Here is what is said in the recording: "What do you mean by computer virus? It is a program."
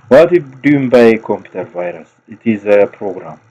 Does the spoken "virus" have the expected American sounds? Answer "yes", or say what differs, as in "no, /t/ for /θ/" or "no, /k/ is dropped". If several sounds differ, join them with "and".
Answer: yes